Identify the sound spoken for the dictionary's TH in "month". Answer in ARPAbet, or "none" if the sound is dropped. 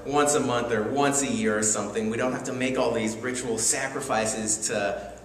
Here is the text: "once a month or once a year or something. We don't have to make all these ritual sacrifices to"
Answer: TH